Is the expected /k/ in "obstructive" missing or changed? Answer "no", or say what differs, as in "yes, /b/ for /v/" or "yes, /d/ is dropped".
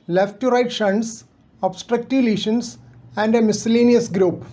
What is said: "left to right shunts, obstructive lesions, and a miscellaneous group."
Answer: no